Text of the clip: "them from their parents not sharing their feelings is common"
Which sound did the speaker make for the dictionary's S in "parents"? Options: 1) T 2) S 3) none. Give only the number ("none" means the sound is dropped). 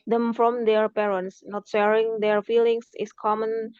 2